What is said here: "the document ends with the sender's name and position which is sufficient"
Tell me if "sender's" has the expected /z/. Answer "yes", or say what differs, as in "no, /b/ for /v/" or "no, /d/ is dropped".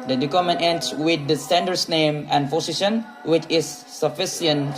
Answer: no, /s/ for /z/